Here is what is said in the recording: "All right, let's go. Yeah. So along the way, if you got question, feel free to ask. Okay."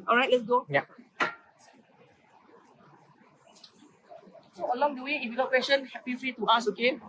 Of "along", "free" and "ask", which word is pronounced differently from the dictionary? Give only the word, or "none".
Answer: ask